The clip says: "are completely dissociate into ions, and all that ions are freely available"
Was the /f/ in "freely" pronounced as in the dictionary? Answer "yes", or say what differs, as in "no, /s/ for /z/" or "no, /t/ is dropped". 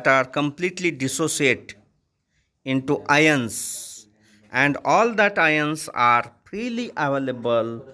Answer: no, /p/ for /f/